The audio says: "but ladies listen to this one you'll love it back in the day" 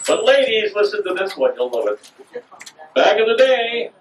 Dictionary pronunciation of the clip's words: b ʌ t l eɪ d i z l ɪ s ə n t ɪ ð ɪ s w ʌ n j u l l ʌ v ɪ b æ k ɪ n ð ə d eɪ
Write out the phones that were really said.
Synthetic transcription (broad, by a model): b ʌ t l eɪ d i z l ɪ s ə n t ɪ ð ɪ s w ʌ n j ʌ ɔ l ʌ ɪ b æ k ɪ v ð ə d eɪ